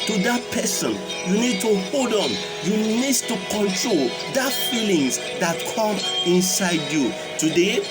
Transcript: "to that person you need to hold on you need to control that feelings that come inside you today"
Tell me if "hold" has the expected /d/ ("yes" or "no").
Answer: yes